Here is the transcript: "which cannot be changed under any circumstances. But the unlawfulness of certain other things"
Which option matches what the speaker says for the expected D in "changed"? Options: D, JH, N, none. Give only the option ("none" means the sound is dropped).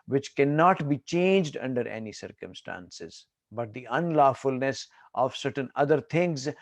D